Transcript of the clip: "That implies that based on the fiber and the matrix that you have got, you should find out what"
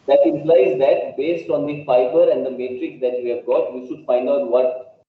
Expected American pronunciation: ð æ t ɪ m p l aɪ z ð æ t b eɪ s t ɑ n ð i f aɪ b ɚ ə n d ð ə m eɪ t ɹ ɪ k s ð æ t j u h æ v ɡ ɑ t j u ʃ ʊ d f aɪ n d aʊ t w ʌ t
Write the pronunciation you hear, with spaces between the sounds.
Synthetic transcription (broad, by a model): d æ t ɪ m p l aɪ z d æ t b eɪ s t ɑ n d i p aɪ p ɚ ə n d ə m eɪ t ɹ ɪ k s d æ t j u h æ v ɡ ɑ t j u ʃ ʊ d f aɪ n d aʊ t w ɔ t